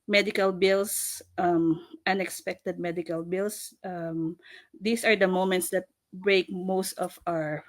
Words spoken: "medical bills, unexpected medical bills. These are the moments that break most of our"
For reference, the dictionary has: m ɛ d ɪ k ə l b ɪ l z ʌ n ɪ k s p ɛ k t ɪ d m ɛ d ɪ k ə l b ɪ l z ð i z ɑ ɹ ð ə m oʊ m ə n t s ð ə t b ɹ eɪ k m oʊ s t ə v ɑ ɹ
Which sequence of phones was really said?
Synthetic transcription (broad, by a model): m ɛ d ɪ k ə l b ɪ l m ʌ n ɪ k s p ɛ k t ɪ d m ɛ d ɪ k ə l b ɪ l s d i s ɑ ɹ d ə m oʊ m ə n t s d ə t b ɹ eɪ k m oʊ s t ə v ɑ ɹ